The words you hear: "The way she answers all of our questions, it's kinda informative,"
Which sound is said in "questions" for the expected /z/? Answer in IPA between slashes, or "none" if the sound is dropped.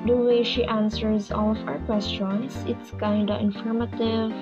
/s/